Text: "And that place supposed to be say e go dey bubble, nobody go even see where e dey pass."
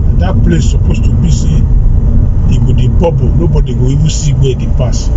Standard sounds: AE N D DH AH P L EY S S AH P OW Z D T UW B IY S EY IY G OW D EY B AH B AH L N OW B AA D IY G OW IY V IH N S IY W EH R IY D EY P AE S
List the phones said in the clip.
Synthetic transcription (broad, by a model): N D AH P L EY S S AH P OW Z T UW B IY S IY IY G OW D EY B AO B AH N OW B AA D IY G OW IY W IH S IY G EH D IY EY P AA S